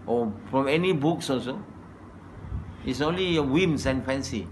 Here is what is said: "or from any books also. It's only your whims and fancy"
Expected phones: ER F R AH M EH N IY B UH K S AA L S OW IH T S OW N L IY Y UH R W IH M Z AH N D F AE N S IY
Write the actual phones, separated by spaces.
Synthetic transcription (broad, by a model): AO F R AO M EH N IY B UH K S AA S OW IH T S OW N L IY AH W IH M S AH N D F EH N S IY